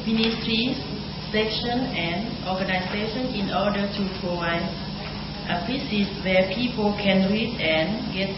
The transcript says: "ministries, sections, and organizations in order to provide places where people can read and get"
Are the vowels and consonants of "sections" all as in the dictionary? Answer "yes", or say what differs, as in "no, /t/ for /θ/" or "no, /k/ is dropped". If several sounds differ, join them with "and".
no, /z/ is dropped